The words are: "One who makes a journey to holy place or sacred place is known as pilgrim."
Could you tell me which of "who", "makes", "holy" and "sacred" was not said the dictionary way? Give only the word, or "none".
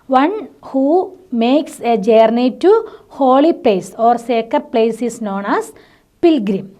sacred